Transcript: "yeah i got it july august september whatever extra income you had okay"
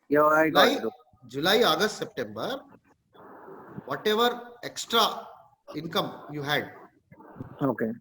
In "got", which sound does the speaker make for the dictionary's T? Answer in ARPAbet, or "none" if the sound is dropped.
none